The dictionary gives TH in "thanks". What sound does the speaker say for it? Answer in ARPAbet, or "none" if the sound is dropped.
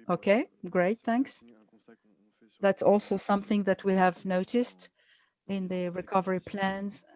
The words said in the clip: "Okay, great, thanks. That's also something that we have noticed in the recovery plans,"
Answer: TH